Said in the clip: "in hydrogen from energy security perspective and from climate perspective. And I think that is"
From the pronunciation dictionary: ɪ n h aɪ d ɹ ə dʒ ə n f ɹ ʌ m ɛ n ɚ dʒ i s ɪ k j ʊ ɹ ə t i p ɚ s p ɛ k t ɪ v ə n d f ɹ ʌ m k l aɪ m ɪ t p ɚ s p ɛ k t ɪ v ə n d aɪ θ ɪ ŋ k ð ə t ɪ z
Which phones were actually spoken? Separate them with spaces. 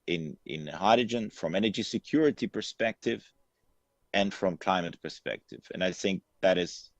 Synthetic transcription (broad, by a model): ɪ n h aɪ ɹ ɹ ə dʒ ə n f ɹ ʌ m ɛ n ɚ dʒ i s ɪ k j ʊ ɹ ə t i p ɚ s p ɛ k t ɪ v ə n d f ɹ ʌ m k l aɪ m ɪ t p ɚ s p ɛ k t ɪ v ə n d aɪ θ ɪ ŋ k ð ə t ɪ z